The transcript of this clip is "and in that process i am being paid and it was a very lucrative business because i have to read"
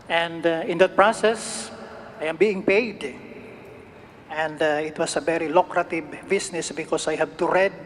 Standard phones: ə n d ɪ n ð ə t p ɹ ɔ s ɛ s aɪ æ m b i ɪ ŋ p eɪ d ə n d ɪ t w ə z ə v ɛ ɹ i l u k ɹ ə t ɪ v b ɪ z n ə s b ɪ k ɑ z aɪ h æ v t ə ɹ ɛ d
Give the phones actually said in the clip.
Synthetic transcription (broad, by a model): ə n d ɪ n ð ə t p ɹ ɔ s ɛ s aɪ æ m b i ɪ ŋ p eɪ d ə n d ɪ t w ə s ə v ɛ ɹ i l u k ɹ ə t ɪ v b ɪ s n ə s b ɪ k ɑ s aɪ h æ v t ə ɹ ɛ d